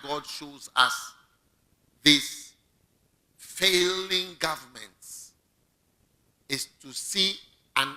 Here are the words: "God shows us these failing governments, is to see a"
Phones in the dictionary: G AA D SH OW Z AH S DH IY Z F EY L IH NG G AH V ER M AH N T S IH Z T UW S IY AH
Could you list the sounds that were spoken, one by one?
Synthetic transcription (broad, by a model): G AA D SH OW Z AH S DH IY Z F EY L IH NG G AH V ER M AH N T IH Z T UW S IY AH